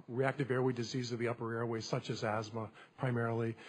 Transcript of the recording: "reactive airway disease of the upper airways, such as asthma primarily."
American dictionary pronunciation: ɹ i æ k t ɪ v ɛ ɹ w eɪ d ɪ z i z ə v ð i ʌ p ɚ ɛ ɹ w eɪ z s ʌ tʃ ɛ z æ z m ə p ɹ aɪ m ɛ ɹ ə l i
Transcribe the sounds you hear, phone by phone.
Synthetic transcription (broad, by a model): ɹ i æ k t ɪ v ɛ ɹ w eɪ d ɪ z i z ə v ð i ʌ p ɚ ɛ ɹ w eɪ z s ʌ tʃ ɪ z æ z m ə p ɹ aɪ m ɛ ɹ l i